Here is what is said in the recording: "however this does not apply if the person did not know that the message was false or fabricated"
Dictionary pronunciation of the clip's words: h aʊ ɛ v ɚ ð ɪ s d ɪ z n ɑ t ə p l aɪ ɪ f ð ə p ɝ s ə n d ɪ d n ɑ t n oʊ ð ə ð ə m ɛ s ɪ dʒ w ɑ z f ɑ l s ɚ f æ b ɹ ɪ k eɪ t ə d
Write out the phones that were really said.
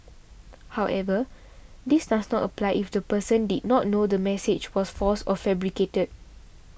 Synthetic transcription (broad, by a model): h aʊ ɛ v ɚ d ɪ s d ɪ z n ɑ t ə p l aɪ ɪ f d ə p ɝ s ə n d ɪ d n ɑ t n oʊ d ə ə m ɛ s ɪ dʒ w ɑ s f ɑ s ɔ f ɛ b ɹ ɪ k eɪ t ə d